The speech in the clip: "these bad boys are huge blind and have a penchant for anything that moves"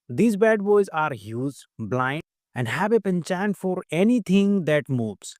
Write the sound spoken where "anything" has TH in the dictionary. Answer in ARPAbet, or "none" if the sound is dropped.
T